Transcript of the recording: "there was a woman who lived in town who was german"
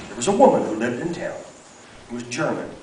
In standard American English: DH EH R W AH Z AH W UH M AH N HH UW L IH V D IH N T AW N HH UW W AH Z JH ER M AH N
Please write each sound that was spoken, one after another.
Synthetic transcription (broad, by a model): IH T W AH Z AH W UH M AH N HH UW L IH V D IH N T AW N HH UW W AH Z JH ER M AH N